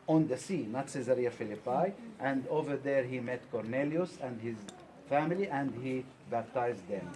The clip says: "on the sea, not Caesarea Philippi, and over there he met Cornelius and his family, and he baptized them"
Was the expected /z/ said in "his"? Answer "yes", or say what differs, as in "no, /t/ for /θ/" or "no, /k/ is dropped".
yes